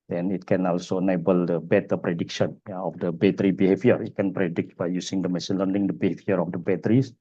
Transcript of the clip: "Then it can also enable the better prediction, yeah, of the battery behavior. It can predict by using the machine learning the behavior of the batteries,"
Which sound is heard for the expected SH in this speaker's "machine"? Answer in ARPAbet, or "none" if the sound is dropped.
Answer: S